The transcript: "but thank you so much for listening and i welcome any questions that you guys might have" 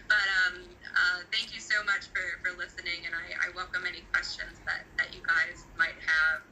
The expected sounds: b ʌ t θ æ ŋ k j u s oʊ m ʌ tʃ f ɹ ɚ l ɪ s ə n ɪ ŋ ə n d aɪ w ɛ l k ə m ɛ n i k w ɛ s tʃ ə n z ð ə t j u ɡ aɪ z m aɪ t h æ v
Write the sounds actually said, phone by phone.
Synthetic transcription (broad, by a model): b ʌ t θ æ ŋ k j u s oʊ m ʌ tʃ f ɹ ɚ l ɪ s ə n ɪ ŋ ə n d aɪ w ɛ l k ə m ɛ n i k w ɛ s tʃ ə n z ð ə t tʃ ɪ ɡ aɪ z m aɪ t h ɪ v